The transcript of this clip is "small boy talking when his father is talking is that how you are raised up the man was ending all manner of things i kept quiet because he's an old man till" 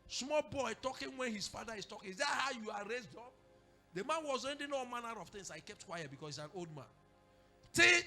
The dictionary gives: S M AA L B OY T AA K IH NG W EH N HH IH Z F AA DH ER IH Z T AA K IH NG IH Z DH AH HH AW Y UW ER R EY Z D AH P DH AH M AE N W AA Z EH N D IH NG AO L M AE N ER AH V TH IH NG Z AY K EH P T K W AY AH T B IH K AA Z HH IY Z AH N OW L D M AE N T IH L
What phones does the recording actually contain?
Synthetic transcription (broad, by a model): S M AA L B OY T AA K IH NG W EH N HH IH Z F AA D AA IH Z T AA K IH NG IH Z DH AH HH AW Y UW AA R EY Z D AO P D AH M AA N W AA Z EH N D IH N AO M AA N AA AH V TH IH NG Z AY K EH P T K W AY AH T B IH K AA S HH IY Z AH N OW L D M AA N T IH